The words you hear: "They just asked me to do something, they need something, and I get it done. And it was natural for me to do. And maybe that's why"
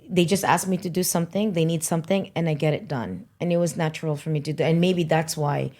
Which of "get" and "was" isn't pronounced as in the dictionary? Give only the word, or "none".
none